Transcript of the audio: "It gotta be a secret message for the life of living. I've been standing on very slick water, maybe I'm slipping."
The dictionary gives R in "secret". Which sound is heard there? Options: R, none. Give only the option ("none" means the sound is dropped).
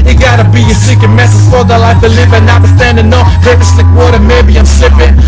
none